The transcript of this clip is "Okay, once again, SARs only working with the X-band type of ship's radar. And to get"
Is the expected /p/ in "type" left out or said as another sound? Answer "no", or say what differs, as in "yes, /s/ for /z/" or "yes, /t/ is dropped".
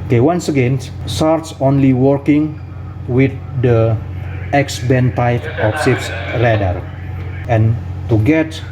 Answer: yes, /f/ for /p/